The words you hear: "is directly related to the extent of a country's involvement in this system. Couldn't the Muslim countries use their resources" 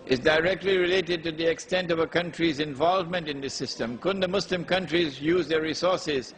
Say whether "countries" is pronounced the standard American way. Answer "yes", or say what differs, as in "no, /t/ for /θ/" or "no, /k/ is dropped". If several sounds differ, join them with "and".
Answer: yes